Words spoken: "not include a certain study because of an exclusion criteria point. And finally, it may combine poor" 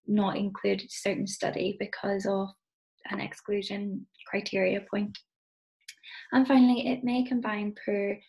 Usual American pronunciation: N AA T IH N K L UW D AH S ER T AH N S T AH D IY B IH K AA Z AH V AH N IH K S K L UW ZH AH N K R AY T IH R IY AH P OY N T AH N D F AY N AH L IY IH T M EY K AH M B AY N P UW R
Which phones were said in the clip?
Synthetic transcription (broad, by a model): N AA T IH N K L UW D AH S ER T N S T AH D IY B IH K AA Z AH V AH N IH K S K L UW ZH AH N K R AY T IH R IY AH P OY N T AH N F AY N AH L IY IH T M EY K AH M B AY N P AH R